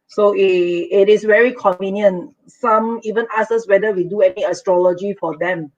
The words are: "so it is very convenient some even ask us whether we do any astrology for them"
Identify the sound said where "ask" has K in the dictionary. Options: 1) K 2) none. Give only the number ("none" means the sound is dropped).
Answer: 2